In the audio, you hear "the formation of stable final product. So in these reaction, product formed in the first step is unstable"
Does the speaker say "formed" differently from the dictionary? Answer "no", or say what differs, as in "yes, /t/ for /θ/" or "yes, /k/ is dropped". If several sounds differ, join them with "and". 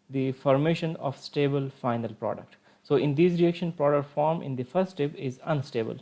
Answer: yes, /d/ is dropped